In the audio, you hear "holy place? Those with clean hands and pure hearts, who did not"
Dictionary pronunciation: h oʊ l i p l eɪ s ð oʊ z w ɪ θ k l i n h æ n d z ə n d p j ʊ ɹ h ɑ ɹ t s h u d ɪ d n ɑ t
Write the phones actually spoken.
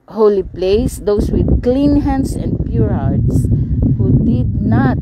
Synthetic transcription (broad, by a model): h oʊ l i p l eɪ s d oʊ s w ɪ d k l i n h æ n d s ə n d p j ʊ ɹ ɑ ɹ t s h u d ɪ d n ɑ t